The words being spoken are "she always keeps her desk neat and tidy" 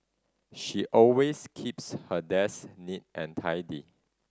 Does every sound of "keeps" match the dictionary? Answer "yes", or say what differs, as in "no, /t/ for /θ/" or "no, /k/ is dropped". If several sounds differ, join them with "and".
yes